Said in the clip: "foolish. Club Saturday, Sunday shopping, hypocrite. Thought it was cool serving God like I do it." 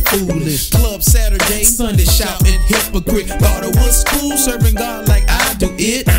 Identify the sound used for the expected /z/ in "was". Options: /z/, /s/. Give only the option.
/s/